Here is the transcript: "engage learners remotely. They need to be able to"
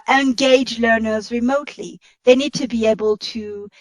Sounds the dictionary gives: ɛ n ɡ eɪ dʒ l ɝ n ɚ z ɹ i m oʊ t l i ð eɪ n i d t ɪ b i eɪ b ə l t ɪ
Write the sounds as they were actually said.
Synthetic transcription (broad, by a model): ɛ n ɡ eɪ dʒ l ɝ n ɚ z ɹ i m oʊ t l i ð eɪ n i d t ɪ b i eɪ b ə l t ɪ